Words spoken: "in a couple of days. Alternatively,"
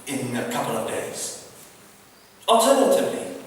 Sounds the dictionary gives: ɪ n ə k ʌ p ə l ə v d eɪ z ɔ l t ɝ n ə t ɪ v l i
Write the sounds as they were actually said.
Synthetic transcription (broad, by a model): ɪ n ə k ʌ p ə l ə v d eɪ z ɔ l t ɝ n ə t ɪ v l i